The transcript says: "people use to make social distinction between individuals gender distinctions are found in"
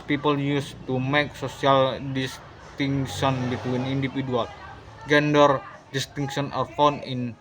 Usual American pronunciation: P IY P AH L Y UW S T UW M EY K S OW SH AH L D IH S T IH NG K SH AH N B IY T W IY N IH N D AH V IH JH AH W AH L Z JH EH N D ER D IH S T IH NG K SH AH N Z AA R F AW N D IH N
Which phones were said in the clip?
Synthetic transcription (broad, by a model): P IY P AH L Y UW S T UW M EY K S OW S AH L D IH S T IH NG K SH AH N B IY T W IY N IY N D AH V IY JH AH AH L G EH N D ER D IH S T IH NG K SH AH N AA R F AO N IH N